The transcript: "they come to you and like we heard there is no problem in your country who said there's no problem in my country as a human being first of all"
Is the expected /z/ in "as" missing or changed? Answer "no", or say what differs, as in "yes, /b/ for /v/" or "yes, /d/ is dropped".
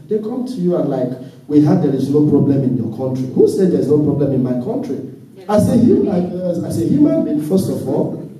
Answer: yes, /s/ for /z/